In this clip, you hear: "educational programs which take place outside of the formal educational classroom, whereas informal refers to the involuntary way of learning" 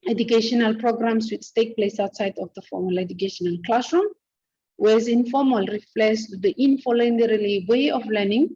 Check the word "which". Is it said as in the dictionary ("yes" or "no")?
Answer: no